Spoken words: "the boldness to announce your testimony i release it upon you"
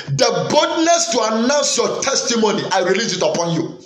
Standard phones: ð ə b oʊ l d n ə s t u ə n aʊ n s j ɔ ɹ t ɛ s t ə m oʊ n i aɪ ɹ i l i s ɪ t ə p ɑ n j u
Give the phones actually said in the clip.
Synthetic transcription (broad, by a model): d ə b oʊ d n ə s t u ə n aʊ n s j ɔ t ɛ s t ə m oʊ n i aɪ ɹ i l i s ɪ t ə p ɑ n j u